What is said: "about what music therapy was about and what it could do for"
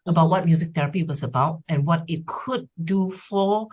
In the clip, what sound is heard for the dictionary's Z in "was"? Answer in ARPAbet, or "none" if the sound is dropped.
S